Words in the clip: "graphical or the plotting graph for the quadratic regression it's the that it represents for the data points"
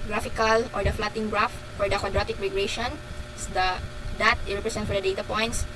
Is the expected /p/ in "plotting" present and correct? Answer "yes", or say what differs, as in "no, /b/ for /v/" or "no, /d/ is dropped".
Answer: no, /f/ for /p/